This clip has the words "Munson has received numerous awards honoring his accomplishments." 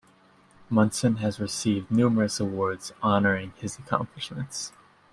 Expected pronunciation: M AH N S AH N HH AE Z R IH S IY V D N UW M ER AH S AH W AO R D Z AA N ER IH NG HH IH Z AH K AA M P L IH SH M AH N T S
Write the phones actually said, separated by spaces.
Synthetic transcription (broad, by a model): M AH N S AH N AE Z R IH S IY V D N UW M ER AH S AH W AO R D Z AA N ER IH NG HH IH Z AH K AA M P L IH SH M AH N T S